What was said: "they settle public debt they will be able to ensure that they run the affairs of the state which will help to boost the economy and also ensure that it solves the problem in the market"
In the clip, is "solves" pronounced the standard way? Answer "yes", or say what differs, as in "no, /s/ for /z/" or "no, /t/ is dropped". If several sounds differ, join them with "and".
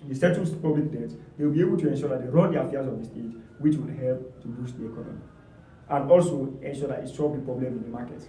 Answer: no, /ʃ/ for /s/